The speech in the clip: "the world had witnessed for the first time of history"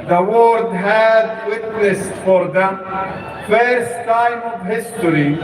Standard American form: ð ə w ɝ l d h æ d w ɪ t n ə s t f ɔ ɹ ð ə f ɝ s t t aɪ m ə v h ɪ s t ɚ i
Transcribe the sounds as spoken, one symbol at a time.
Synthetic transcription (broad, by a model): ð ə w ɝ d h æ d w ɪ t n ə s t f ɔ ɹ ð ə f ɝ s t t aɪ m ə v h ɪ s t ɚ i